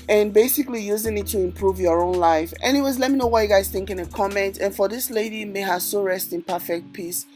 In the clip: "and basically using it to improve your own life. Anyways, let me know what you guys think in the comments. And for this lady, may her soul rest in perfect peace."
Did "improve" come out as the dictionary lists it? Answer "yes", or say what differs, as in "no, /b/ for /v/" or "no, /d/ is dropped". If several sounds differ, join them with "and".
yes